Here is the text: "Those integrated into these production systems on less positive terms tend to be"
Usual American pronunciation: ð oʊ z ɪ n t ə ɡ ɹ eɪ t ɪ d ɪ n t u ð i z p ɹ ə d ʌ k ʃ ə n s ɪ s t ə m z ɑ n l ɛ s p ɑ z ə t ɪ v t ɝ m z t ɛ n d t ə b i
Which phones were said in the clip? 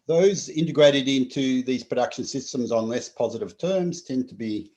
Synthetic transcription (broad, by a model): ð oʊ z ɪ n t ə ɡ ɹ eɪ t ɪ d ɪ n t u ð i z p ɹ ə d ʌ k ʃ ə n s ɪ s t ə m z n l ɛ s p ɑ z ə t ɪ v t ɝ m z t ɛ n t ə b i